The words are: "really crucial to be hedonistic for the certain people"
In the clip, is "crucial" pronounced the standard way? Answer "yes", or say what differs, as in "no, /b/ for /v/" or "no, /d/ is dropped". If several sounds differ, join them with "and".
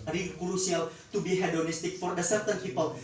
no, /s/ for /ʃ/